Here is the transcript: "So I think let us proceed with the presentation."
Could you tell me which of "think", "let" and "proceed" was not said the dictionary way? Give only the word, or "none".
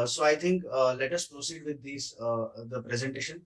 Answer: think